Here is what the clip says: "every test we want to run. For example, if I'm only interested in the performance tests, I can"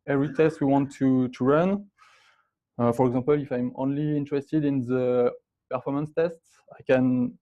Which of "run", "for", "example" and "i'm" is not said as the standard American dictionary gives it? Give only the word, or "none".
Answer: example